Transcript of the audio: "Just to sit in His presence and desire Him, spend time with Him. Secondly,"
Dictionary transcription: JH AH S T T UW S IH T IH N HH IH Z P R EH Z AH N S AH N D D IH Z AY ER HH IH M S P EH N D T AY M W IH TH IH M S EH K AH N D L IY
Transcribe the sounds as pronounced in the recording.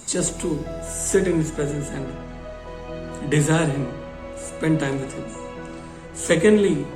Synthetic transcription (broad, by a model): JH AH S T T UW S IH T IH N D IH S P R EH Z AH S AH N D D IH Z AY ER HH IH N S P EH N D T AY M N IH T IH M S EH K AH N D L IY